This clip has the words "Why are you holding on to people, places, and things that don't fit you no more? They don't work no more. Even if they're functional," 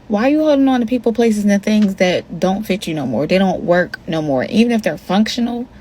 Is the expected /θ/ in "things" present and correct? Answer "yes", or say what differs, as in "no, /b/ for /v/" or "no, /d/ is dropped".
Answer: yes